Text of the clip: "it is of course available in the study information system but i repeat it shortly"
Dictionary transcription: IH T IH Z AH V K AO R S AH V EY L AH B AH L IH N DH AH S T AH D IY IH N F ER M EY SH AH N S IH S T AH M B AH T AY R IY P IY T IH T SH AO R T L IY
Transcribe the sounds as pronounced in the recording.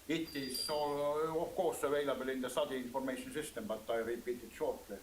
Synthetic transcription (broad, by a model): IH T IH S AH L K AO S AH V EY L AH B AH L IH N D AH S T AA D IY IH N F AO M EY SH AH N S IH S T AH M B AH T AY R IY P IY T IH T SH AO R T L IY